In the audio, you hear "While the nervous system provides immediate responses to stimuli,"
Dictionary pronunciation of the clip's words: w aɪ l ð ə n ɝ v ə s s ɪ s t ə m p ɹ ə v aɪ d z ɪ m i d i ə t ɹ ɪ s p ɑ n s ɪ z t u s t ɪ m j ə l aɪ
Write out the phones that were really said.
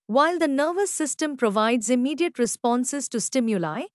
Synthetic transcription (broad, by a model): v aɪ l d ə n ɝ v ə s s ɪ s t ə m p ɹ ə v aɪ d z ɪ m i d i ə t ɹ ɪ s p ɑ n s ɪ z t u s t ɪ m j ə l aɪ